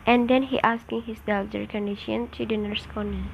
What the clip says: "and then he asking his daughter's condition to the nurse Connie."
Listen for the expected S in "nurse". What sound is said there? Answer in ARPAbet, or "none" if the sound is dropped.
S